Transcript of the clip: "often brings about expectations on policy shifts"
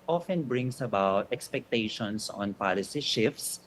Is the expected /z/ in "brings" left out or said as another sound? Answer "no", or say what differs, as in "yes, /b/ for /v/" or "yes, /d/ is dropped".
yes, /s/ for /z/